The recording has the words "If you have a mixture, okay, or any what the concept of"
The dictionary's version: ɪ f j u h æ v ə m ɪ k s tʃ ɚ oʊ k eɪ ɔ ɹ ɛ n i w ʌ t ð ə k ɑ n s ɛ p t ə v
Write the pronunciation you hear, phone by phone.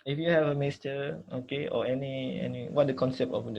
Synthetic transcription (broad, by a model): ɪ f j u h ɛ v ə m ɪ s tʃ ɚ oʊ k eɪ ɔ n ɛ n i w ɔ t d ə k ɑ n s ɛ p t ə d